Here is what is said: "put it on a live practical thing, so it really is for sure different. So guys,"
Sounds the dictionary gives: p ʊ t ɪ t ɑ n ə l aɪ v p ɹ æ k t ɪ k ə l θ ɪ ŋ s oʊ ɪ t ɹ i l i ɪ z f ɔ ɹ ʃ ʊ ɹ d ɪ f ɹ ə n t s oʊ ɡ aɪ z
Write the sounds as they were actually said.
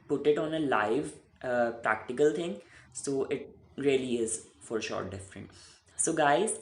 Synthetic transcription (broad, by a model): p ʊ t ɪ t ɑ n ə l aɪ v p ɹ æ k t ɪ k ə l t ɪ ŋ s oʊ ɪ t ɹ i l i ɪ z f ɔ ɹ ʃ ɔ ɹ d ɪ f ɹ ə n t s oʊ ɡ aɪ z